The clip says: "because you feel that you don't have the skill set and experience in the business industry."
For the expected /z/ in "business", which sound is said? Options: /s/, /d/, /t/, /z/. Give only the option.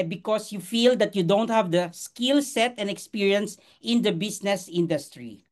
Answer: /s/